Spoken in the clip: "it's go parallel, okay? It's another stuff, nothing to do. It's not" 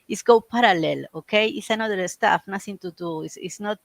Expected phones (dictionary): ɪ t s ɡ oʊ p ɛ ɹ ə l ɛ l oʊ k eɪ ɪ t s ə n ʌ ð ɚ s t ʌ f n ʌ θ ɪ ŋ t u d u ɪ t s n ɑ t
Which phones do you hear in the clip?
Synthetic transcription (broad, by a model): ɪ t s ɡ oʊ p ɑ ɹ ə l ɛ l oʊ k eɪ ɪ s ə n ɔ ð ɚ s t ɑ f n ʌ s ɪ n t u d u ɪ s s n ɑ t